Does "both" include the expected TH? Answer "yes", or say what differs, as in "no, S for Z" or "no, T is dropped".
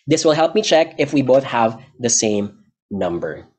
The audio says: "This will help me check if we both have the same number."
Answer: yes